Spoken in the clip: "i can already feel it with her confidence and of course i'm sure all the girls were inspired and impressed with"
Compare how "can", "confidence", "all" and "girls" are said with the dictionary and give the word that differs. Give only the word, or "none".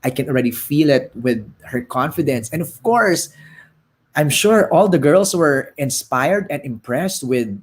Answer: girls